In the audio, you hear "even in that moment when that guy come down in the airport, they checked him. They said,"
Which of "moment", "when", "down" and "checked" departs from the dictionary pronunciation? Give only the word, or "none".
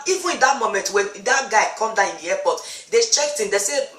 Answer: down